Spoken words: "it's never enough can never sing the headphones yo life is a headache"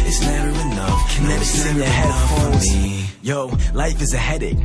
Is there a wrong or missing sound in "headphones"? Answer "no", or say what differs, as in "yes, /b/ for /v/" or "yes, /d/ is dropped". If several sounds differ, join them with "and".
yes, /n/ is dropped